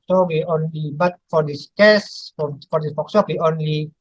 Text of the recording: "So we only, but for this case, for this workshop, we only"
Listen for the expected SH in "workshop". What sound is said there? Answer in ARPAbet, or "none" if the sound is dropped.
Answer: S